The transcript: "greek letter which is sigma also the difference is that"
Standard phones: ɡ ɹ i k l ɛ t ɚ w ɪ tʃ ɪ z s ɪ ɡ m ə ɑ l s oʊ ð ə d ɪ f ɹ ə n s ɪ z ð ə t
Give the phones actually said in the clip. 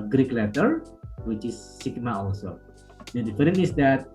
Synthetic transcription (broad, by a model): ɡ ɹ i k l ɛ t ɚ w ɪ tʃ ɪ s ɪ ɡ m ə ɑ l s oʊ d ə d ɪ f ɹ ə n ɪ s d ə t